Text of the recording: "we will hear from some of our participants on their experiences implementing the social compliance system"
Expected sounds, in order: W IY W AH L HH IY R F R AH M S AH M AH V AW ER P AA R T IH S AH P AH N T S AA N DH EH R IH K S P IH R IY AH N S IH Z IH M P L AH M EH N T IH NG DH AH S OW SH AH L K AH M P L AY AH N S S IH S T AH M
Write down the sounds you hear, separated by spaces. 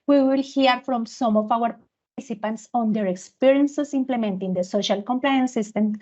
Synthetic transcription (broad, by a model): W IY W AH L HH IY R F R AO M S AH M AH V AW ER P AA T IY S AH P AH N T S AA N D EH R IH K S P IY R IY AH N S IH S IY M P L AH M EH N T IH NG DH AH S OW SH AH L K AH M P L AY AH N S S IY S T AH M